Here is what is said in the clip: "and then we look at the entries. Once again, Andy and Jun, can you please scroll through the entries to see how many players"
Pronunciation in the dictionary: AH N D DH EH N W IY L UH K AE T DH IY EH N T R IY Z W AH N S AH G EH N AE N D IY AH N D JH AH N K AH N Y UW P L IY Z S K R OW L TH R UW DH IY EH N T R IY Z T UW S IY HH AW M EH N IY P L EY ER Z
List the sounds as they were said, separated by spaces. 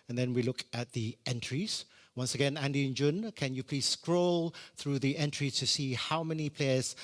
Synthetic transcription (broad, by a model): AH N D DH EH N W IY L UH K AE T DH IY EH N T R IY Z W AH N S AH G EH N AE N D IY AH N JH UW N K AH N Y UW P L IY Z S K R OW L TH R UW DH IY EH N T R IY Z T UW S IY HH AW M EH N IY P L EY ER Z